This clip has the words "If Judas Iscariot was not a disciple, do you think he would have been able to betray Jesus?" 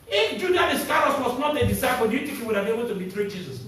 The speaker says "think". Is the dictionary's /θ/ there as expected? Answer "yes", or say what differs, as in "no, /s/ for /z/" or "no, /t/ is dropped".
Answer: no, /t/ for /θ/